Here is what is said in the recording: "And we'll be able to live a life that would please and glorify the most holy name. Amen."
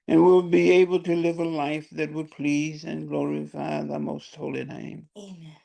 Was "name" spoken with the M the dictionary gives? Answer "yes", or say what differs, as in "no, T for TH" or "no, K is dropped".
no, M is dropped